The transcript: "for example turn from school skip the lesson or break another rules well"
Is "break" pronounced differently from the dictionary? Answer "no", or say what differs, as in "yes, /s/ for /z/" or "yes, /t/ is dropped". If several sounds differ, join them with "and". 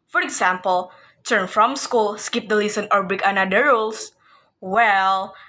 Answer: yes, /ɹ/ is dropped